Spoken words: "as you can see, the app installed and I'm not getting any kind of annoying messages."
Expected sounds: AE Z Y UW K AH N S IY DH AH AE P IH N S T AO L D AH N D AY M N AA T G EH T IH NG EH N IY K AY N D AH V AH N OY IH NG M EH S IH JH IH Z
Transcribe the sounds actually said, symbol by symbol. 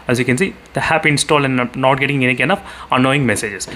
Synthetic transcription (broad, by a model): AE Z Y UW K AH N S IY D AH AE P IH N S T AO L AH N N AA T G EH T IH NG EH N IY K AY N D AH F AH N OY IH NG M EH S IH JH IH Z